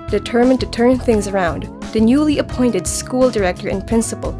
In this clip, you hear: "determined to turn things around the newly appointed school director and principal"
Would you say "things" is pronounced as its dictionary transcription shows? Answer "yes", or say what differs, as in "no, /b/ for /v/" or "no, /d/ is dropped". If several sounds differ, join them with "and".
yes